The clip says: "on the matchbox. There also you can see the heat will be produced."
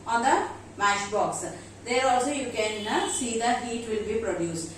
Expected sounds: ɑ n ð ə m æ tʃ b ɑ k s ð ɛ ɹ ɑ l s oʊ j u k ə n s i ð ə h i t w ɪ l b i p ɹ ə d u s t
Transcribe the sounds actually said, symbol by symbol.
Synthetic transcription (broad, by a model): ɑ n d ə m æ ʃ b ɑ k s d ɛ ɹ ɑ l s oʊ j u k ə n s i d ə h i t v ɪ l b i p ɹ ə d u s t